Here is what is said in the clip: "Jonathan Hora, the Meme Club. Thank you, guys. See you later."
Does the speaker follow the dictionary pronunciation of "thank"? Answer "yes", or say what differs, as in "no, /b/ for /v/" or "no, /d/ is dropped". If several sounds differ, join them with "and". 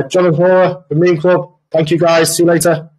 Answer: yes